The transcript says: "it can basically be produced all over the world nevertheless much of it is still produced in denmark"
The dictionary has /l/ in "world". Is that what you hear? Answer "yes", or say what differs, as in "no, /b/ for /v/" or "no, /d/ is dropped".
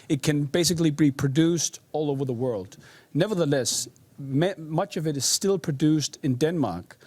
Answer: yes